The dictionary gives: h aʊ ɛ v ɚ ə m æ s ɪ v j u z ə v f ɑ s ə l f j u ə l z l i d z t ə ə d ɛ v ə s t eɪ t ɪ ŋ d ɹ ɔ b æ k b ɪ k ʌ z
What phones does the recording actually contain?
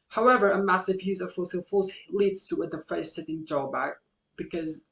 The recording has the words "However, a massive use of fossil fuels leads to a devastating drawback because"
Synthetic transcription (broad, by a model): h aʊ ɛ v ɚ ə m æ s ɪ v j u z ə v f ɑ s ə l f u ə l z l i d z t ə ə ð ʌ f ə s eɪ t ɪ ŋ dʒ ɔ b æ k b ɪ k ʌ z